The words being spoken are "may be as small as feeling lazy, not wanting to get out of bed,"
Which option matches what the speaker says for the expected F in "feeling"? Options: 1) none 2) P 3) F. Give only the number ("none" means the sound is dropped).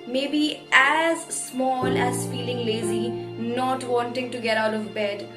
3